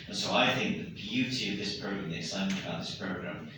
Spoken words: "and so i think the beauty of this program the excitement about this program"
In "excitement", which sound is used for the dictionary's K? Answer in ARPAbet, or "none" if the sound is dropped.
none